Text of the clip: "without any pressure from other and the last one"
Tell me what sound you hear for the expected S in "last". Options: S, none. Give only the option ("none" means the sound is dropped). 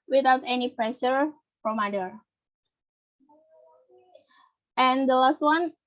S